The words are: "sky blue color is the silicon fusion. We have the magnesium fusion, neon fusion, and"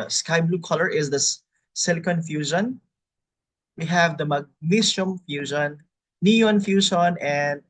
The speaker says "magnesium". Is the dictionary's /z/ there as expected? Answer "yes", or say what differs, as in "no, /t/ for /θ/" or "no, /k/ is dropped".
no, /s/ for /z/